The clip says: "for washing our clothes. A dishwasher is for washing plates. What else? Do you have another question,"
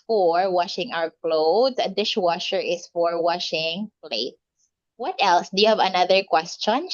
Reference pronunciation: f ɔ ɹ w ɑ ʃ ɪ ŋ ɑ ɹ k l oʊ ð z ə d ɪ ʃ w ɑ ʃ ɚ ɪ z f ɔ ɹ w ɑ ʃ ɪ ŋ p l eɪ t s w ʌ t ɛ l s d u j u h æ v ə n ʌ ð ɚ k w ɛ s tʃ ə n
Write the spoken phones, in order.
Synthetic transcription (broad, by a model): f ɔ ɹ w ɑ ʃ ɪ ŋ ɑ w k l oʊ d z ə d ɪ ʃ w ɑ ʃ ɚ ɪ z f ɔ ɹ w ɑ ʃ ɪ ŋ p l eɪ t s w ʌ t ɛ l s d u j u h æ v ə n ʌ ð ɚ k w ɛ s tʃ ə n